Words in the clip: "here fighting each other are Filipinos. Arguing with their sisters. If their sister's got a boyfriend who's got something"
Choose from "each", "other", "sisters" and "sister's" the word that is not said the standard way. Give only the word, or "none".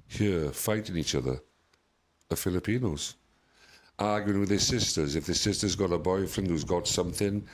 none